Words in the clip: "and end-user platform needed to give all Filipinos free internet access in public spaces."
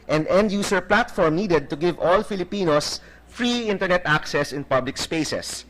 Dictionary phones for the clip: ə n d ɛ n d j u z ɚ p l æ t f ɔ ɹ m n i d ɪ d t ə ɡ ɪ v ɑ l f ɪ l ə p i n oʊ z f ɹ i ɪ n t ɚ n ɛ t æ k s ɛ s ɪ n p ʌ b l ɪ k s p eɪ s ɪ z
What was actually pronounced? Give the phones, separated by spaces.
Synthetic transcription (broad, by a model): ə n d ɛ n d j u s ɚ p l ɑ t f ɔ ɹ m n i d ɪ d t ə ɡ ɪ v ɑ l f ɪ l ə p i n oʊ s f ɹ i ɪ n t ɚ n ɛ t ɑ k s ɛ s ɪ n p ʌ b l ɪ k s p eɪ s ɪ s